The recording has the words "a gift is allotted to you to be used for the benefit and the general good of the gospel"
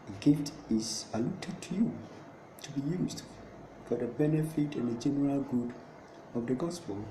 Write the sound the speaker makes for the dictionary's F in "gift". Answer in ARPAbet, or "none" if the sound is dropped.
none